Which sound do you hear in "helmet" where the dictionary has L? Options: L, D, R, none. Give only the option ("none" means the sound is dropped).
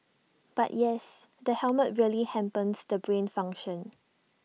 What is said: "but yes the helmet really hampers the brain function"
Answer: L